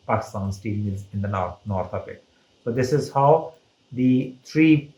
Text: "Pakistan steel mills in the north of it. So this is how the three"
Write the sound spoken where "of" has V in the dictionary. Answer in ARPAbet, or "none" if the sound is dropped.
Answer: P